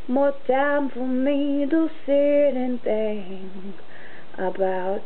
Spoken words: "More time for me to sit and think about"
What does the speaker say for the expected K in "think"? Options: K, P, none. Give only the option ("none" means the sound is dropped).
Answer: none